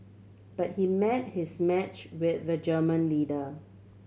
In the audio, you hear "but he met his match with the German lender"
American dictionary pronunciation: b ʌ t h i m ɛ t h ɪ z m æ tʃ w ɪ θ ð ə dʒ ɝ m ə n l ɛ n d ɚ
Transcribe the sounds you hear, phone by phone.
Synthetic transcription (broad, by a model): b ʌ t h i m ɛ t h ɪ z m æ tʃ w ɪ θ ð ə dʒ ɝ m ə n l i d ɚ